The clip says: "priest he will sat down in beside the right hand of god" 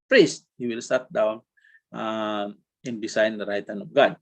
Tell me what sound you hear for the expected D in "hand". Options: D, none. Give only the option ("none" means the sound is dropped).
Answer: none